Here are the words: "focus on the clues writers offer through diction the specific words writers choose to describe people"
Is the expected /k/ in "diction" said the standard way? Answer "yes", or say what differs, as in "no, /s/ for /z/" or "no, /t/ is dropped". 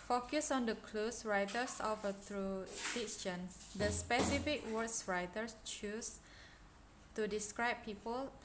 no, /k/ is dropped